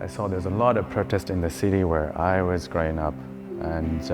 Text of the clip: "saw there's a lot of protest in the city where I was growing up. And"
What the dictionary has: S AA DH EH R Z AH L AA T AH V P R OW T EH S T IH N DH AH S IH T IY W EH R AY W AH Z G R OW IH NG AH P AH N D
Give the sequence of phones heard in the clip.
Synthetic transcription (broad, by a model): S AA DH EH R Z AH L AA T AH V P R OW T EH S T IH N DH AH S IH T IY W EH R AY W AH Z G R OW IH NG AH P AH N